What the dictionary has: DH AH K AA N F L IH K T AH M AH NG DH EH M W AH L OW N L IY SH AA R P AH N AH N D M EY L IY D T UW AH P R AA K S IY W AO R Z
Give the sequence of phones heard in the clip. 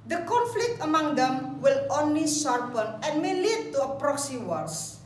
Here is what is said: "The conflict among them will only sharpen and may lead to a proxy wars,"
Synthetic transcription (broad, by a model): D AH K AA N F L IH K T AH M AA NG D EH M W AH L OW N L IY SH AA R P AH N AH N M EY L IY D T UW AH P R AA K S IY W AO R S